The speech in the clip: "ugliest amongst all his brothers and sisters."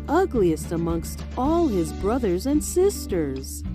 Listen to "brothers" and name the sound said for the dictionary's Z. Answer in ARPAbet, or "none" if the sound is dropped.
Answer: Z